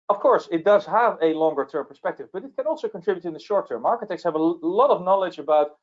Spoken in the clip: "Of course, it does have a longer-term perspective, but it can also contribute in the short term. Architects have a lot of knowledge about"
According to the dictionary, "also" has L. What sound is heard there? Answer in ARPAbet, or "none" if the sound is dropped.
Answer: L